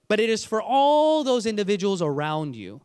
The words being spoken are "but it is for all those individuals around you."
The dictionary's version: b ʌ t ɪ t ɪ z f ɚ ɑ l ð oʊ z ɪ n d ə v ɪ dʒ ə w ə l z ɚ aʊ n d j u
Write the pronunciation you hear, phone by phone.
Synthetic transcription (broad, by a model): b ʌ t ɪ t ɪ z f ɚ ɑ l ð oʊ z ɪ n d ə v ɪ dʒ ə w l z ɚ aʊ n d j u